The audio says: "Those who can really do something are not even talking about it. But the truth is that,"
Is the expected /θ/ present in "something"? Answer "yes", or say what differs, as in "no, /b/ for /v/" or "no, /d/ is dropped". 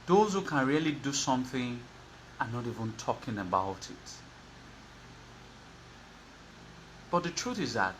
yes